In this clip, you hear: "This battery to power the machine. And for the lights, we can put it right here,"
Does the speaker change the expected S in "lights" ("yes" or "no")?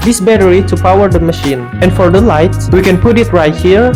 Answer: yes